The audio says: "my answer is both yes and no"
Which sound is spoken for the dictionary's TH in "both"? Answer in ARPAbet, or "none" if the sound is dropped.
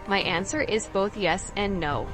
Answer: TH